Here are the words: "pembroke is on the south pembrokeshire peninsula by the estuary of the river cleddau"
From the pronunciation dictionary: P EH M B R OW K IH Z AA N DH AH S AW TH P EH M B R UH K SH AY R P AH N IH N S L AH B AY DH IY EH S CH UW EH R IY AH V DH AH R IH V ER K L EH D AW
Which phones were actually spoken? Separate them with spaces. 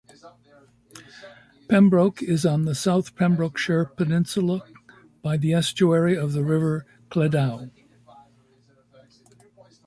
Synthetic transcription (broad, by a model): P EH M B R OW K IH Z N DH AH S AW TH P EH M B R UH K SH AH R P AH N IH N S L AH B AY DH IY EH S CH UW EH R IY AH V DH AH R IH V ER K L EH D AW